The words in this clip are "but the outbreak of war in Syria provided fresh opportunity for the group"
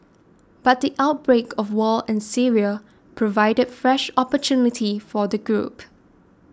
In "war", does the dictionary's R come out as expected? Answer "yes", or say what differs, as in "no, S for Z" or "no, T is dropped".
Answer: no, L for R